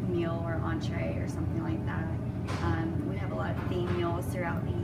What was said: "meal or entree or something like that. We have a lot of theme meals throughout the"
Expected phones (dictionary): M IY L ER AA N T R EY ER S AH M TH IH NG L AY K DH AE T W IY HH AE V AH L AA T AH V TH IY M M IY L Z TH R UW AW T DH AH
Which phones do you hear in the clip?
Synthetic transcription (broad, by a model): M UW L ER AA N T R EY ER S AH M TH IH NG L AY K DH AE T W IY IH V AH L AA T AH V F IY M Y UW L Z TH R UW AW T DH